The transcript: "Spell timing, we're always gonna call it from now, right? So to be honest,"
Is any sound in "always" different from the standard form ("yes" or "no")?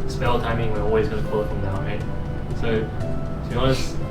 no